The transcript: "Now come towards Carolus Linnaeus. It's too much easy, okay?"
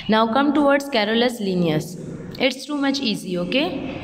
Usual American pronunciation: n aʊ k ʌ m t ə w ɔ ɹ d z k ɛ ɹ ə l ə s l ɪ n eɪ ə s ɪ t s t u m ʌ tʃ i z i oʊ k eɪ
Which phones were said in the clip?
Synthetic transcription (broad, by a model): n aʊ k ʌ m t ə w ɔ ɹ d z k ɛ ɹ ə l ə s l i n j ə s ɪ t s t u m ʌ tʃ i z i oʊ k eɪ